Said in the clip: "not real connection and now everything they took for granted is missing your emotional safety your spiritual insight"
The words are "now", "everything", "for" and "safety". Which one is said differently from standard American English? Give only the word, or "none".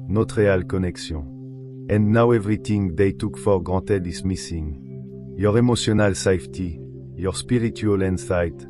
everything